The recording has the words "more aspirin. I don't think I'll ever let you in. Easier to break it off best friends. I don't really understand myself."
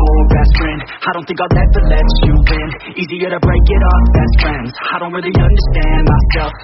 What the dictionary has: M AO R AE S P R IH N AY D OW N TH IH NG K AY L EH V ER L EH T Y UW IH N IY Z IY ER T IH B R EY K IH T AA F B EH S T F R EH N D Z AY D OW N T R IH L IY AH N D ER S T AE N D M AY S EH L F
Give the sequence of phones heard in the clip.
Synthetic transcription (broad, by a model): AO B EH S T R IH N AY D OW N TH IH NG K AY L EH ER L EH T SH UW IH N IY Z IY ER T IH B R EY K IH T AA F B EH S T F R EH N D Z AY D OW N T R IH L IY AH N D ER S T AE N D M AY S EH L F